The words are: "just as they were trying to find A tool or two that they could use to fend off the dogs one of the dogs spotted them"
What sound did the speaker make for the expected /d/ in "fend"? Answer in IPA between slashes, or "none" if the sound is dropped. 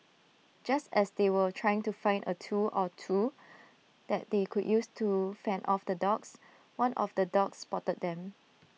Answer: none